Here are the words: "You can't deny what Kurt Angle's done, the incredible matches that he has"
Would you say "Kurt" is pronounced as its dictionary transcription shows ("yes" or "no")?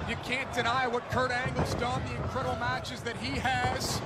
yes